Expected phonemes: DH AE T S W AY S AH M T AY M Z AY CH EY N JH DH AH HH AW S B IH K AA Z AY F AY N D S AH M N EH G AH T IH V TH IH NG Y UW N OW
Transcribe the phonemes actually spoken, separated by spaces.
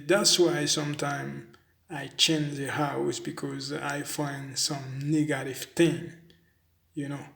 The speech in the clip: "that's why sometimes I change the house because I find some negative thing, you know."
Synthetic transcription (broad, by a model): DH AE T S W AY S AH M T AY M AY CH EY N JH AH HH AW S B IH K AA Z AY F AY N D S AH M N EH G AH T IH V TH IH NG Y UW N OW